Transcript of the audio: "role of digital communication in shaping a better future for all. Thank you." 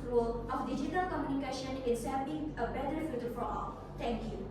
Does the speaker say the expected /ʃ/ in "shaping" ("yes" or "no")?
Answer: no